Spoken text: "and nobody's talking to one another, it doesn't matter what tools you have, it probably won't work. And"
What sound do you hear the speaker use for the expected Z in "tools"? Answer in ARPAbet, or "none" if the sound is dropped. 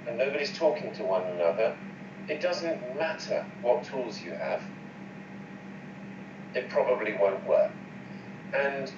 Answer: Z